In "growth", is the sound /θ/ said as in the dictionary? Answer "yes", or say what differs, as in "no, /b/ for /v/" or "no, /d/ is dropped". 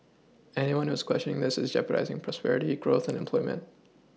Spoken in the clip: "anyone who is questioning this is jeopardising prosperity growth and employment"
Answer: yes